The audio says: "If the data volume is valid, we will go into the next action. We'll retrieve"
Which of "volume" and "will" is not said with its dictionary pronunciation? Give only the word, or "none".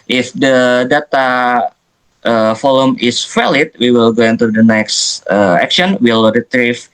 volume